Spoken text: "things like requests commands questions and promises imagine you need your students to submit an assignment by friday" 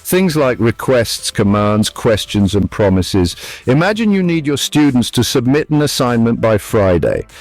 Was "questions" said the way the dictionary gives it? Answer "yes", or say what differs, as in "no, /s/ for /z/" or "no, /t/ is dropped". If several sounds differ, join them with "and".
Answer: yes